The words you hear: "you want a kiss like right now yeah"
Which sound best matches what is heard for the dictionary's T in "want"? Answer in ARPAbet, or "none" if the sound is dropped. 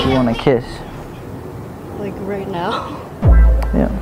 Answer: none